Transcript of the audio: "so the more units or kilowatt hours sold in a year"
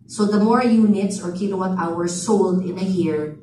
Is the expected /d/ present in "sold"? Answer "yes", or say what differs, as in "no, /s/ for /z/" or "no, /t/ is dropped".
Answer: yes